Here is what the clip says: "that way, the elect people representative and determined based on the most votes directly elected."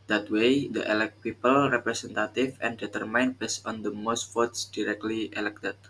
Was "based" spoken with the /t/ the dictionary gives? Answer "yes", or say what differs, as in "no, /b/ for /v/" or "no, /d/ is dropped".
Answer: no, /t/ is dropped